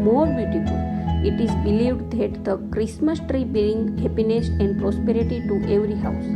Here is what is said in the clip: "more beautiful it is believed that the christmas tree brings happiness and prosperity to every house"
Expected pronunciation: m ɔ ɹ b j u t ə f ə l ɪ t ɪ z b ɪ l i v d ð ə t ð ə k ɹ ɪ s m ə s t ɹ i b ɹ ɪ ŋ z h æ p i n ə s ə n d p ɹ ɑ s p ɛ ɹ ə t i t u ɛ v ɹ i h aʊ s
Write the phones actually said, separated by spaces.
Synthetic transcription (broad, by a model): m ɔ ɹ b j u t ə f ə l ɪ t ɪ z b ɪ l i v d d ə t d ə k ɹ ɪ s m ə s t ɹ i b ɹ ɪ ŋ h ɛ p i n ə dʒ ə n d p ɹ ɑ s p ɛ ɹ ə t i t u ɛ v ɹ i h aʊ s